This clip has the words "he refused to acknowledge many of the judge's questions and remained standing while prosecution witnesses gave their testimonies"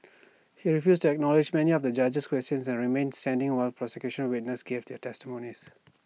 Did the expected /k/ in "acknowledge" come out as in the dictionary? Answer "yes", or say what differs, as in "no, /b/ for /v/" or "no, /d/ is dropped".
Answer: yes